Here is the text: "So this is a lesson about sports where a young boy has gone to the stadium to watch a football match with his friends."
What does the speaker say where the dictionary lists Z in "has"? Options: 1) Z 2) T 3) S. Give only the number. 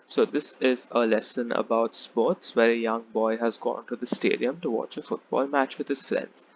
1